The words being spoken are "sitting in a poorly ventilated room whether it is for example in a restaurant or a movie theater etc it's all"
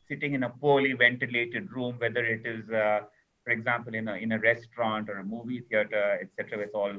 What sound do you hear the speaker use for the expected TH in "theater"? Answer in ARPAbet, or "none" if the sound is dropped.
T